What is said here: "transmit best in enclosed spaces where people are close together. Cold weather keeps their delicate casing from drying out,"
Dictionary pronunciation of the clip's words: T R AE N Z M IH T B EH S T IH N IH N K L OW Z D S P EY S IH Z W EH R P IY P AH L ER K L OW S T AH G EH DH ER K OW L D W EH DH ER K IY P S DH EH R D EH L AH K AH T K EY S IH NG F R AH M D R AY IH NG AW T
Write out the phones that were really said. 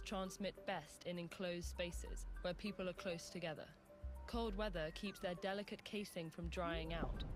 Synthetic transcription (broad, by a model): T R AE N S M IH T B EH S T IH N IH N K L OW Z D S P EY S IH Z W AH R P IY P AH L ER K L OW S T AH G EH DH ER K OW L D W EH DH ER K IY P S DH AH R D EH L AH K AH T K EY S IH NG F R AH M D R AY IH NG AW T